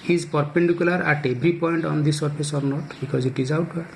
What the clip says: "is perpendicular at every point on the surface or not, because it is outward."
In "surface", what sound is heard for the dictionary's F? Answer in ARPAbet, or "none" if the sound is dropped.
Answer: P